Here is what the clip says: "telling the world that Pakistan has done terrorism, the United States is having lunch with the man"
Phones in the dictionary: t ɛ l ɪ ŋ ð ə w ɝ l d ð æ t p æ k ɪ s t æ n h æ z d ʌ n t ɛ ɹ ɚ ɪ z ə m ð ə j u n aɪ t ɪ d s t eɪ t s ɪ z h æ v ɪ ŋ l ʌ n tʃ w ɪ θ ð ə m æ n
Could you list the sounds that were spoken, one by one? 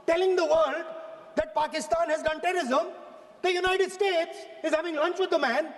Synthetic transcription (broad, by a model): t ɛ l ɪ ŋ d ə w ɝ l d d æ t p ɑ k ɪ s t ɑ n h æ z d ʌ n t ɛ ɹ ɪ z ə m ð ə j u n aɪ t ɪ d s t eɪ t s ɪ z h æ v ɪ ŋ l ʌ n tʃ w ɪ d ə m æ n